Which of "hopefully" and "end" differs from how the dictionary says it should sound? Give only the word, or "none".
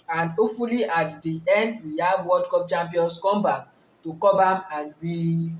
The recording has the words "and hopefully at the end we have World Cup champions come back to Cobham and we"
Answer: hopefully